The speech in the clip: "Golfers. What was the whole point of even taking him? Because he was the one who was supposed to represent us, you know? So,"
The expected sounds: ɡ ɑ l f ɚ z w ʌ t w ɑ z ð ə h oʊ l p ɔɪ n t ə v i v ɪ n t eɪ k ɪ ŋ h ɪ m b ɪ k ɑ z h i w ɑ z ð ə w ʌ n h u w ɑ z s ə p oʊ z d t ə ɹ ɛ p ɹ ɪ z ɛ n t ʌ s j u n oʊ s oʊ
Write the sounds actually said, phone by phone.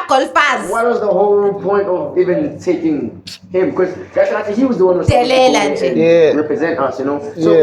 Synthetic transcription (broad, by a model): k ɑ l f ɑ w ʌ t w ɑ z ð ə h oʊ l p ɔɪ n t ə v i v ɪ n t eɪ k ɪ ŋ h ɪ m b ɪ k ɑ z h i w ɑ z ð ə w ʌ n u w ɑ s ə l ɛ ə ɹ ɛ p ɹ ɪ z ɛ n t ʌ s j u n oʊ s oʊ